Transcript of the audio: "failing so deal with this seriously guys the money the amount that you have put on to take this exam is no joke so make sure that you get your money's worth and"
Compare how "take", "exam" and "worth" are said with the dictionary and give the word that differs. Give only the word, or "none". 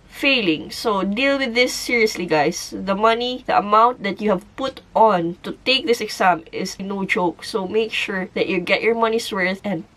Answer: exam